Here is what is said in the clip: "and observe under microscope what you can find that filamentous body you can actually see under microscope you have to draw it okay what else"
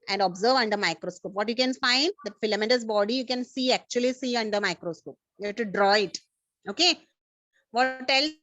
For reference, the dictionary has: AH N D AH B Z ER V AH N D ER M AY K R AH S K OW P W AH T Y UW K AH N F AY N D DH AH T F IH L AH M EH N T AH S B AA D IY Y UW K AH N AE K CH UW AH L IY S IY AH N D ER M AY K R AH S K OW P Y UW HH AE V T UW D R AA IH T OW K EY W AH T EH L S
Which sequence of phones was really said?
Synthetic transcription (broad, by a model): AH N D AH B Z ER V AH N D ER M AY K R AH S K OW P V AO T Y UW K AH N F AY N D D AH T F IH L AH M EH T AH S B AA D IY Y UW K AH N AE K CH UW AH L IY S IY AH N D ER M AY K R AH S K OW P Y UW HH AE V T UW D R AA IH T OW K EY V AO T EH L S